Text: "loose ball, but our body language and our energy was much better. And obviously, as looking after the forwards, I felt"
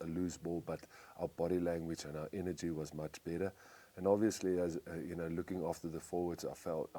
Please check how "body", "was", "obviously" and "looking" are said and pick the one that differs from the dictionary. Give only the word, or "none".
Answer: none